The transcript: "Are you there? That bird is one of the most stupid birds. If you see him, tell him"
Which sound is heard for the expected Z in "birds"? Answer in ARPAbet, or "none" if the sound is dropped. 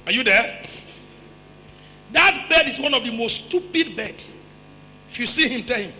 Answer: S